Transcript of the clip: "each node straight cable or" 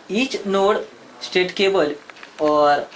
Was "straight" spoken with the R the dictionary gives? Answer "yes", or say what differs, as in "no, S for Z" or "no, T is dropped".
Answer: no, R is dropped